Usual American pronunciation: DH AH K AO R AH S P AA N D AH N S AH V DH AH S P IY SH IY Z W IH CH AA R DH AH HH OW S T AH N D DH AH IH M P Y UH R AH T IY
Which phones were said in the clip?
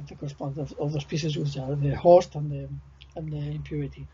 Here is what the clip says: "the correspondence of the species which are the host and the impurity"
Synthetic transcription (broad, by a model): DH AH K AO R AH S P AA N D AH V AH V DH AH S P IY S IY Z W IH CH AA R DH AH HH OW S T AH N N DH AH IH M P Y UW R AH T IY